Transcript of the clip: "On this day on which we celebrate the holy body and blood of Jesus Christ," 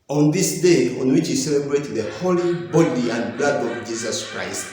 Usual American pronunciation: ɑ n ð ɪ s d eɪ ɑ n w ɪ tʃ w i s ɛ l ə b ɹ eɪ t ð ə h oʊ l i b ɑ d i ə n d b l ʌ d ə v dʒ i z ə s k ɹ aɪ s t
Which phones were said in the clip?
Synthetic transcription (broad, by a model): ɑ n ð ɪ s d eɪ ɑ n w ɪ tʃ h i s ɛ l ə b ɹ eɪ t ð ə h oʊ l i b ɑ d i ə n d b l ʌ d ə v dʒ i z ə s k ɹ aɪ s t